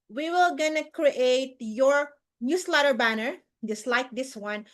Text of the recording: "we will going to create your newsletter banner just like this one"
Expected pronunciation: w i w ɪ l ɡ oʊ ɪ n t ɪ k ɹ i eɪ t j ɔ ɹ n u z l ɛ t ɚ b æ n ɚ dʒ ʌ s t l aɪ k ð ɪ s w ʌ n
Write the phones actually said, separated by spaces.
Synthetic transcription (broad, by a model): w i w ɪ l ɡ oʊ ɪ n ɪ k ɹ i eɪ t j ɔ ɹ n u s l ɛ t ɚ b æ n ɚ dʒ ʌ s t l aɪ k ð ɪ s w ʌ n